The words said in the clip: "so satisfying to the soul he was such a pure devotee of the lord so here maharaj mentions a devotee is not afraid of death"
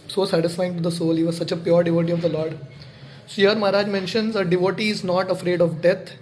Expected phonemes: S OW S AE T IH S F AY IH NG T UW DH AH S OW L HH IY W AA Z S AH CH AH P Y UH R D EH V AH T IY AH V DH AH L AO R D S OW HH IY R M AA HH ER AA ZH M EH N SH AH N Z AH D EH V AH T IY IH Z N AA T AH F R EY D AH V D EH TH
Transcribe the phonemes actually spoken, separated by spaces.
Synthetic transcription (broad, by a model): S OW S AE T IH S F AY IH NG T UW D AH S OW L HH IY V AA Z S AH CH AH P Y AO R D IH V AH T IY AH V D AH L AO R D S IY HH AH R M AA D AA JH M EH N SH AH N Z AH D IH V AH T IY IH Z N AA T AH F R EY D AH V D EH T